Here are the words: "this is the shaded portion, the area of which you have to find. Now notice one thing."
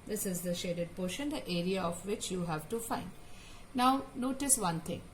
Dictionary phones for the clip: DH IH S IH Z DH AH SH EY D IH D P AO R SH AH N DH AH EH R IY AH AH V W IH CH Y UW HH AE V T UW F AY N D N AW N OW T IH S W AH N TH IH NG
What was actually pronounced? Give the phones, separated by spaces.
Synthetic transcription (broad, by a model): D IH S IH Z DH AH SH EY D IH D P AO R SH AH N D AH EH R IY AH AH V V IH CH Y UW HH AE V T UW F AY N D N AW N OW T IH S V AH N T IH NG